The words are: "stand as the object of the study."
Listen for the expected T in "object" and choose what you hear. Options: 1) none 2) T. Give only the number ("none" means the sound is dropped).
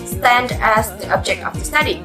2